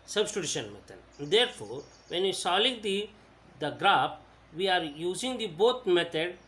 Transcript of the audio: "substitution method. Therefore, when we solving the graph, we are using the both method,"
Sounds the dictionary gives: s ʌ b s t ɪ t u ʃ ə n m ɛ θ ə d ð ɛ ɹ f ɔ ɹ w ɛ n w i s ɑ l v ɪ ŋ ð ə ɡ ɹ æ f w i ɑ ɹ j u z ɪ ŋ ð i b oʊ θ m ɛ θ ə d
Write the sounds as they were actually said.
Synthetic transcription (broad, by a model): s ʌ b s t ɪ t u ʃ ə n m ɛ t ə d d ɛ ɹ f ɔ ɹ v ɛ n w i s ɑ l ɪ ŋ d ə ɡ ɹ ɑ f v i ɑ ɹ j u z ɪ ŋ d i b oʊ t m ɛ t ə d